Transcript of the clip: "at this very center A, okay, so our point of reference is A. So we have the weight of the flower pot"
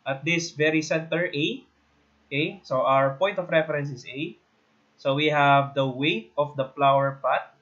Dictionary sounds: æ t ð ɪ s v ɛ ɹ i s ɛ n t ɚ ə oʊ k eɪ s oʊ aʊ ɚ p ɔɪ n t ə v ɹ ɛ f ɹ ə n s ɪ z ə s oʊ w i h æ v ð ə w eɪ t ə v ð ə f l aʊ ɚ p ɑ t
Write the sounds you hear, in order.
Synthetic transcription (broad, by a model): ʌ t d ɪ s v ɛ ɹ i s ɛ n t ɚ ə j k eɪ s oʊ aʊ ɚ p ɔɪ n t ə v ɹ ɛ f ɹ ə n s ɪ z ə s oʊ w i h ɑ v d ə w eɪ t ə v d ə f l aʊ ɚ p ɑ t